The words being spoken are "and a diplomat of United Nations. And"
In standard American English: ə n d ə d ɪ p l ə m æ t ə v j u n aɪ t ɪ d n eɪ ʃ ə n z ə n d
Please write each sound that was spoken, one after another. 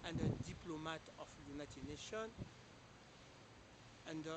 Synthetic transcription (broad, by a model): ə n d ə d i p l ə m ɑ t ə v j u n aɪ t ɪ d n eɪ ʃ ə n ə n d